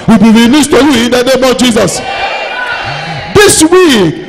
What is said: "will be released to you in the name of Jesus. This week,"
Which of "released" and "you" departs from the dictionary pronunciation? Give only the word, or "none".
released